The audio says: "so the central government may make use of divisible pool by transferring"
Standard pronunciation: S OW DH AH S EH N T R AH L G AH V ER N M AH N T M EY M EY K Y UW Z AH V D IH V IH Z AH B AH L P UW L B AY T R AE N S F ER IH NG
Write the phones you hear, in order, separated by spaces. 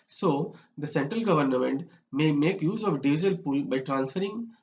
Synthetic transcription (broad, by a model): S OW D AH S EH N T R AH L G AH V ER N M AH N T M EY M EY K Y UW Z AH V D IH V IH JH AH AH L P UW L B AY T R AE N S F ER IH NG